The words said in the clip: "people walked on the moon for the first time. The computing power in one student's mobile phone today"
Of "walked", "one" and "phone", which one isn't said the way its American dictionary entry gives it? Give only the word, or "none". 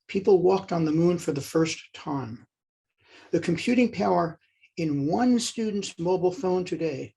none